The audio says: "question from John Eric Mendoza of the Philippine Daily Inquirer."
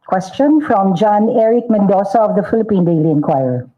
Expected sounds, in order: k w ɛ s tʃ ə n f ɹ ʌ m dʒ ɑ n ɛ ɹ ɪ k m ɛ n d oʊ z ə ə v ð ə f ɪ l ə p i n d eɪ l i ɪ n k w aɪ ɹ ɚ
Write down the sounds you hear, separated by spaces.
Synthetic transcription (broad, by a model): k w ɛ s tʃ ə n f ɹ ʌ m dʒ ɑ n ɛ ɹ ɪ k m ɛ n d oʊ s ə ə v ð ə f ɪ l ə p i n d eɪ l i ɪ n k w aɪ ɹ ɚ